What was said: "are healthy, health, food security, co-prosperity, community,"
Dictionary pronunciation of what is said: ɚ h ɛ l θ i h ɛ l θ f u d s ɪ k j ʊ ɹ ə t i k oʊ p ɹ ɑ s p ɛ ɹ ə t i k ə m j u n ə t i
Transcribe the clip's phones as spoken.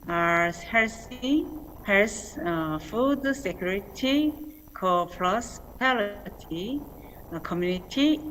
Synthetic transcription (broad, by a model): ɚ h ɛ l s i h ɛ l s f u d s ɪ k j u ɹ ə t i k oʊ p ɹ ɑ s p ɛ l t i k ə m j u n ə t i